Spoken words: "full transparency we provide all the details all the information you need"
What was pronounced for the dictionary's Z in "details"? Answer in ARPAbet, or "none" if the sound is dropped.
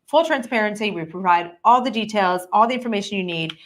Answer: Z